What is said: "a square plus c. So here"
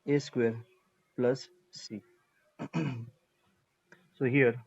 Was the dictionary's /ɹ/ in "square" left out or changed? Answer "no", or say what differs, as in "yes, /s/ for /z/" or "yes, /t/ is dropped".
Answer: no